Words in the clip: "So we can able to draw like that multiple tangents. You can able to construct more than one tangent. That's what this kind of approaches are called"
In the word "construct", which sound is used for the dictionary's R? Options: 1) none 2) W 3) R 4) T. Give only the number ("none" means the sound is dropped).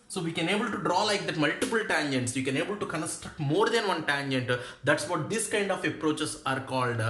3